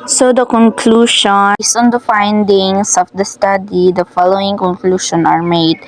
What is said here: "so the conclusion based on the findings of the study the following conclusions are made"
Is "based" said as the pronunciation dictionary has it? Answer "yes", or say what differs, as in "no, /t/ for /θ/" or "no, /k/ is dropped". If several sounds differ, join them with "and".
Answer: no, /t/ is dropped